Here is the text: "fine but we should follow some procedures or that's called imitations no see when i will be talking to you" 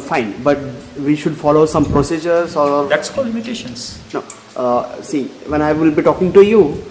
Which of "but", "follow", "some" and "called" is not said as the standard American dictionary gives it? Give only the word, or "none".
called